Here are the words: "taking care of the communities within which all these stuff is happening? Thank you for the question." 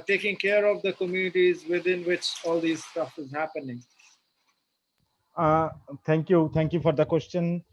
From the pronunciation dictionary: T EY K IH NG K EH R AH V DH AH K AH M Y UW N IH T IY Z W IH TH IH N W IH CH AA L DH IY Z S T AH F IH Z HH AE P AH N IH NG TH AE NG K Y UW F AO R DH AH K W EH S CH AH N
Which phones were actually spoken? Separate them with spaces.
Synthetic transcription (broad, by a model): T EY K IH NG K EH R AH V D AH K AH M Y UW N IH T IY Z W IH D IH N W IH CH AA L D IY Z S T AH F IH Z HH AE P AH N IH NG T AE NG K Y UW F AO R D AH K W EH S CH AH N